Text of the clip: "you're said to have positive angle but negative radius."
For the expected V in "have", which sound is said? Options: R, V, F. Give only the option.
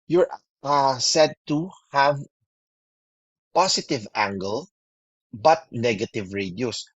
V